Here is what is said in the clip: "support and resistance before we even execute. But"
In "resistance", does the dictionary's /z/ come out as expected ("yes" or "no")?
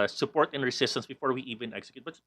no